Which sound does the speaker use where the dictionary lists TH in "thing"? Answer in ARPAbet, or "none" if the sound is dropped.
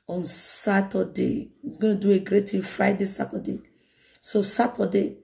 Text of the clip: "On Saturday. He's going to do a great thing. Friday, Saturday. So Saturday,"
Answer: T